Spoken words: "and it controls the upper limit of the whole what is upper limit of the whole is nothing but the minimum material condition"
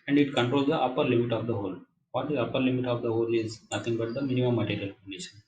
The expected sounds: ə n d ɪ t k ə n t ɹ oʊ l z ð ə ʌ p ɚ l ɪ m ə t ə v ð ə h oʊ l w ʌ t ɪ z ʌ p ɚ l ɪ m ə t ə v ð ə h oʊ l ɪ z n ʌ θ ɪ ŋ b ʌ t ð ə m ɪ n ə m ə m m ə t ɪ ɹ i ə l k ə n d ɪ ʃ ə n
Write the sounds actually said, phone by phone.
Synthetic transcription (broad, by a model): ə n d ɪ t k ə n t ɹ oʊ l z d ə ʌ p ɚ l ɪ m ə t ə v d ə h oʊ l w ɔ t ɪ z ʌ p ɚ l ɪ m ə t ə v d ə h oʊ l ɪ z n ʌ t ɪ ŋ b ʌ t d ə m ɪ n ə m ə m m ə t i ɹ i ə l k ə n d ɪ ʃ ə n